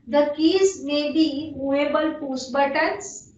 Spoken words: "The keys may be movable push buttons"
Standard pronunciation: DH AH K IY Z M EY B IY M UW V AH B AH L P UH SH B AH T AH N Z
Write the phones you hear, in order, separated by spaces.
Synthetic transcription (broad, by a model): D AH K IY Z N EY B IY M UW AH B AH L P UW S B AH T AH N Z